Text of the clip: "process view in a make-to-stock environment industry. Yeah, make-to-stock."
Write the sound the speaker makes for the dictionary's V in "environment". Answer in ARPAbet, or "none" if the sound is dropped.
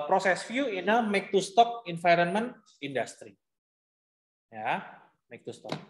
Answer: F